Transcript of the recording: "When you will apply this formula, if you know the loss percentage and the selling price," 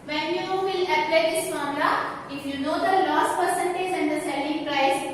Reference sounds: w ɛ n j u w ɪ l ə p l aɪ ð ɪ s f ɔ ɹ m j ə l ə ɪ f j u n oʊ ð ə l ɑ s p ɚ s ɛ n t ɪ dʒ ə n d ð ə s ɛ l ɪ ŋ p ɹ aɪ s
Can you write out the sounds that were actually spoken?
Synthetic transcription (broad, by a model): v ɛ n j u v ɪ l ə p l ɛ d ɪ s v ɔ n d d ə ə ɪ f j u n oʊ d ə l ɑ s p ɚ s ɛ n t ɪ dʒ ə n d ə s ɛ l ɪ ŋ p ɹ aɪ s